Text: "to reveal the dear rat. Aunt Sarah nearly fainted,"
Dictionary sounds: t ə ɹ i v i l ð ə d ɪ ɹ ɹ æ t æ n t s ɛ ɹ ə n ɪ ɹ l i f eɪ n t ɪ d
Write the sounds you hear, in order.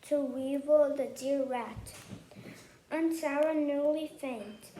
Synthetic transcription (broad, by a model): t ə w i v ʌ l ð ə d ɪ ɹ ɹ æ t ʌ n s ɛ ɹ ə n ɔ l i f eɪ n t